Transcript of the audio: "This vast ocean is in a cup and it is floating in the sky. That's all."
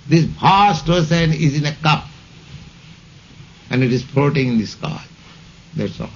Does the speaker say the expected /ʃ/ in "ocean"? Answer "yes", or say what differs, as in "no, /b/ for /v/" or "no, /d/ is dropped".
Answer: no, /s/ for /ʃ/